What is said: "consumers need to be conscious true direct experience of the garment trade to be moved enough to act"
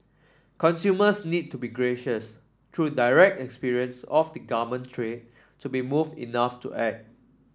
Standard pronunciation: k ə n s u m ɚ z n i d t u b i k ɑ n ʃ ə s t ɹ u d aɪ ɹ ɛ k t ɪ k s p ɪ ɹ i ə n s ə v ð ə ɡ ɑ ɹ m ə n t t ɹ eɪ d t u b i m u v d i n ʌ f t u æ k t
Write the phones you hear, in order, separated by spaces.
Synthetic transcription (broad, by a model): k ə n s u m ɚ s n i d t u b i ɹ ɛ ʃ ə s t ɹ u d aɪ ɹ ɛ k t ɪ k s p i ɹ i ə n s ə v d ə ɡ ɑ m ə n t t ɹ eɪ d t u b i m u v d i n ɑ f t u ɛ t